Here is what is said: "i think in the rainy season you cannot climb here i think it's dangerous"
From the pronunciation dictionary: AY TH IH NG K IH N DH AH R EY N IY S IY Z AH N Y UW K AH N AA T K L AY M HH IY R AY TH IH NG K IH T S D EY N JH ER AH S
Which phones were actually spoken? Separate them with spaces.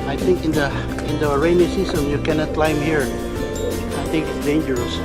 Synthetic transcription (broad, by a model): AY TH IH NG K IH N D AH R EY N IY S IY S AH N Y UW K AH N AA T K L AY M HH IY R AY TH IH NG K IH T S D EY N JH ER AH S